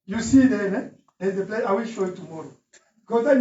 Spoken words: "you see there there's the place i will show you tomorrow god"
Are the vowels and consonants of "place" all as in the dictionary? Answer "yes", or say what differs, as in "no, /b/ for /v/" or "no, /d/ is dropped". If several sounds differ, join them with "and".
no, /s/ is dropped